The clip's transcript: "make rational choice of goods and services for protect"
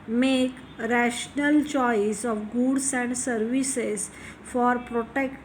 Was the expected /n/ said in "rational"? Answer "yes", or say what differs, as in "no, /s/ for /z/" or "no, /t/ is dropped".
yes